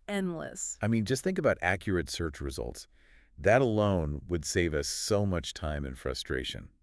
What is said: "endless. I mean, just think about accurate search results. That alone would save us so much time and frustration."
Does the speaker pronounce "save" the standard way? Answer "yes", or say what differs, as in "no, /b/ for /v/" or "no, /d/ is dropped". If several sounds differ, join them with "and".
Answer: yes